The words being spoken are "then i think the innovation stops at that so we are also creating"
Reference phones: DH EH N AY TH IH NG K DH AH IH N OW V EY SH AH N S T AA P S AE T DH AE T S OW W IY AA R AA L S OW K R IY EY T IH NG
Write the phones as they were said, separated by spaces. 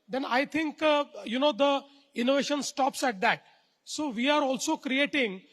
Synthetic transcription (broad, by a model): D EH N AY T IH NG K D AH IH N OW V EY SH AH N S T AA P S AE T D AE T S OW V IY AA R AA L S OW K R IY EY T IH NG